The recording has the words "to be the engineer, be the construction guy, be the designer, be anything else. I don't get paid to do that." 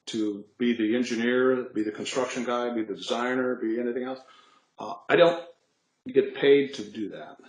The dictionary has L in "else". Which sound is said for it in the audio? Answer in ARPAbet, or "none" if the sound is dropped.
L